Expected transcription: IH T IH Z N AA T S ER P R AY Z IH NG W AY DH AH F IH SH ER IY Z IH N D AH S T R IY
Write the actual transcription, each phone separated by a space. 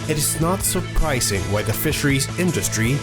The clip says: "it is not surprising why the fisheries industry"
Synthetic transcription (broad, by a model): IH T IH Z N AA T S ER P R AY Z IH NG W AY DH AH F IH SH ER IY Z IH N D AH S T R IY